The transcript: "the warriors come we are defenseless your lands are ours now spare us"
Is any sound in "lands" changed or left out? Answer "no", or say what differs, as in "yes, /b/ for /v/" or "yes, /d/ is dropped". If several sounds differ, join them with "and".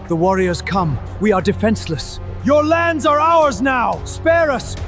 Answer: no